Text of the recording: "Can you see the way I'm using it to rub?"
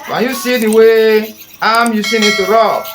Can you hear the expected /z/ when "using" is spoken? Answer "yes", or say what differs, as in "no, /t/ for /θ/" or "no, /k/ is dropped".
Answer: no, /s/ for /z/